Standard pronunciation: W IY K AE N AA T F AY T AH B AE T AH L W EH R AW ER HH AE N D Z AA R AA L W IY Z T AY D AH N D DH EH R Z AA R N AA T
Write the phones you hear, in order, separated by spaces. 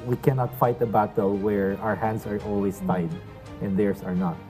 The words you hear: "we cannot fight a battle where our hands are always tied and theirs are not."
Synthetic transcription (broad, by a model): W IY K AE N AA T F AY T AH B AE T AH L W EH R AW ER HH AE N D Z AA R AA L W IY S T AY D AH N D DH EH R S AA R N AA T